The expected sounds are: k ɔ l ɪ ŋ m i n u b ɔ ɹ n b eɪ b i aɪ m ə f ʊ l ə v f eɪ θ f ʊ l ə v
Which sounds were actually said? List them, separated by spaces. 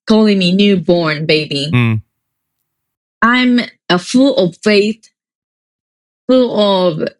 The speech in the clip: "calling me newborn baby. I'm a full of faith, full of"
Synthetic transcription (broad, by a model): k ɔ l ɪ ŋ m i n u b ɔ ɹ n b eɪ b i aɪ m ə f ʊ l ə v f eɪ θ f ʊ l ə v